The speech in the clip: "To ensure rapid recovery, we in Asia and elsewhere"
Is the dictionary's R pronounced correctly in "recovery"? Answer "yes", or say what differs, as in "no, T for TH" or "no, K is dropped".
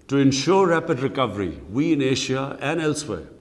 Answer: yes